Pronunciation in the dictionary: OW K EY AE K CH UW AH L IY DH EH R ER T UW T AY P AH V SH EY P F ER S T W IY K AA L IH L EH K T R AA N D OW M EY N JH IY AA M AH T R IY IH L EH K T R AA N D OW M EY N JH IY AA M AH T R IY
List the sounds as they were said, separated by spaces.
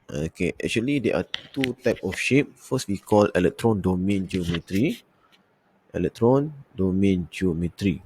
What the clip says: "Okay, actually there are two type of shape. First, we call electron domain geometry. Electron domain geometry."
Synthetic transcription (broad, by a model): OW K EY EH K CH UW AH L IY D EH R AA T UW T AY P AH F SH EY P F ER S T W IY K AA L IH L EH K T R AA N D OW M EY N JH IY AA M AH T R IY IH L EH K T R AA N D OW M EY N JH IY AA M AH T R IY